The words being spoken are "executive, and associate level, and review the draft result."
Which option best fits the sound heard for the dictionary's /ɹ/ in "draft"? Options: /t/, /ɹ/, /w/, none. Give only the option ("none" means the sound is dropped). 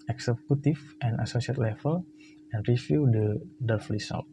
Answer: none